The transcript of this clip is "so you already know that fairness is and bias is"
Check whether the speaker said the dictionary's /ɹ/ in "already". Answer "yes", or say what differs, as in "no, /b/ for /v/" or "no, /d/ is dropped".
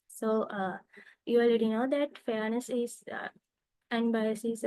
no, /l/ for /ɹ/